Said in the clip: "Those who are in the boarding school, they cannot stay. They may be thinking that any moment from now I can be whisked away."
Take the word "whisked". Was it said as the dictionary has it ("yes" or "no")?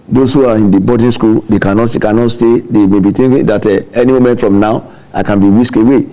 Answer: no